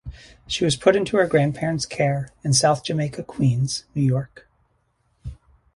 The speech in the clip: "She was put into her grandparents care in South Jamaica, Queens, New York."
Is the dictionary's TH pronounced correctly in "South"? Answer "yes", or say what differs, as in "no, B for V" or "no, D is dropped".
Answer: yes